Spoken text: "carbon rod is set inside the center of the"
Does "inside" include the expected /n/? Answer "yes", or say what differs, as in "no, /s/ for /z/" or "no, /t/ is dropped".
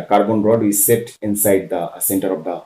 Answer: yes